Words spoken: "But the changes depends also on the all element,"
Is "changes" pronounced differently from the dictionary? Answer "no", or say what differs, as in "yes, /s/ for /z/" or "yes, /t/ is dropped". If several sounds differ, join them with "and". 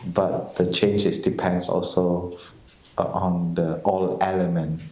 yes, /s/ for /z/